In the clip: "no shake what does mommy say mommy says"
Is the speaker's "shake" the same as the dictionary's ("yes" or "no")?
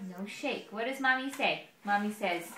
yes